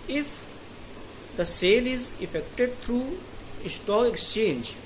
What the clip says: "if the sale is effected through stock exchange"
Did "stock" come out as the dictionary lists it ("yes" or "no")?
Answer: no